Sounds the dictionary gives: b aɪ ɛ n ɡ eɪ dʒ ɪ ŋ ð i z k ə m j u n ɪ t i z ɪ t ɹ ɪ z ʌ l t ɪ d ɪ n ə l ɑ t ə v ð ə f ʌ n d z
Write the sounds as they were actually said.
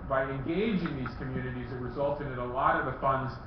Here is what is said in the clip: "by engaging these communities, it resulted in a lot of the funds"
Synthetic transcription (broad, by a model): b aɪ ɛ n ɡ eɪ dʒ ɪ ŋ ð i z k ə m j u n ɪ t i z ɪ t ɹ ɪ z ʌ l t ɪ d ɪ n ə l ɑ t ə v ð ə f ʌ n d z